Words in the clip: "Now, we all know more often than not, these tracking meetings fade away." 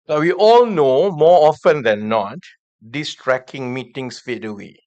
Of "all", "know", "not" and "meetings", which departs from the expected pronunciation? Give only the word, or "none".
meetings